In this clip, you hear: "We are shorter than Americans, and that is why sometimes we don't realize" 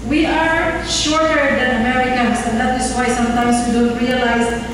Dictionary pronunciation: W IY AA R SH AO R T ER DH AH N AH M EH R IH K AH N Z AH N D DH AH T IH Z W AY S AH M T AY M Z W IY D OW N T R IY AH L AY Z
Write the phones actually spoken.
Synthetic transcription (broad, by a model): W IY AA R SH AO R T ER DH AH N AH M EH R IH K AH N S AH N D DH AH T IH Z W AY S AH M T AY M S W IY D OW N T R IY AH L AY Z